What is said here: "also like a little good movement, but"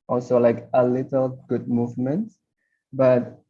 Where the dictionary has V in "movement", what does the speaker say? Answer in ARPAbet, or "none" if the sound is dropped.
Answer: V